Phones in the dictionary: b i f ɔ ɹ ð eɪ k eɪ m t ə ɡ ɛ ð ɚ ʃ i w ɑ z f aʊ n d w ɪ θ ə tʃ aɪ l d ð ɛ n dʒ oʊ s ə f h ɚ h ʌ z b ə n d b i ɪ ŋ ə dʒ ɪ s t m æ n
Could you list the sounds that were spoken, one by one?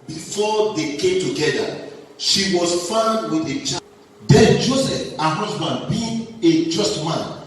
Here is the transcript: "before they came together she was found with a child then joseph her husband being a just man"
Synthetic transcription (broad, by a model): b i f ɔ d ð eɪ k eɪ m t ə ɡ ɛ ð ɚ ʃ i w ɑ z f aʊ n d w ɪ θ ə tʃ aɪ d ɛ n dʒ oʊ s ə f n h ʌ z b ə n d b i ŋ ə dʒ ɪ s t m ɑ n